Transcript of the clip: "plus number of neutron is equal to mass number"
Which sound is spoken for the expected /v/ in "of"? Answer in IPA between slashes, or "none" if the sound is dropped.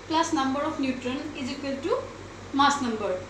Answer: /p/